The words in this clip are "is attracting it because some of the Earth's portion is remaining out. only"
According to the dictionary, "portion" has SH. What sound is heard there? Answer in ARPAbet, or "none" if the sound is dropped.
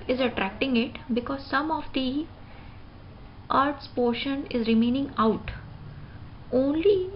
SH